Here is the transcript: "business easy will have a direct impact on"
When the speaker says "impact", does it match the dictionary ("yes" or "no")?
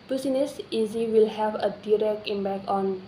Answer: no